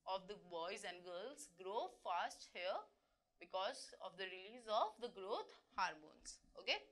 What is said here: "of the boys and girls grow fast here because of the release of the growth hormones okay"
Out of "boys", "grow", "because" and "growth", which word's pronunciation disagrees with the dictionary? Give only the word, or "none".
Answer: growth